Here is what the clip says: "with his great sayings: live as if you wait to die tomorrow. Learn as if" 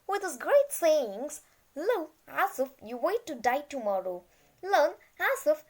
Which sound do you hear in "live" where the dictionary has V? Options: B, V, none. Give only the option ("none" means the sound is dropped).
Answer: none